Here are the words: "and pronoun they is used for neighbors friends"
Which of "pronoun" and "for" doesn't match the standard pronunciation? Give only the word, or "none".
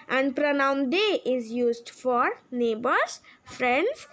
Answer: none